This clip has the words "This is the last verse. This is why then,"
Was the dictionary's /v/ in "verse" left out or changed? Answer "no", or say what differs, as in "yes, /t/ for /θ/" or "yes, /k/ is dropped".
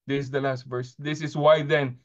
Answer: no